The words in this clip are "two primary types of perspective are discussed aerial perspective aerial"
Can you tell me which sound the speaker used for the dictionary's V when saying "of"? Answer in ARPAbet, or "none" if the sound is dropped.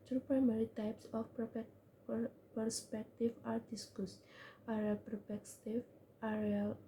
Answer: P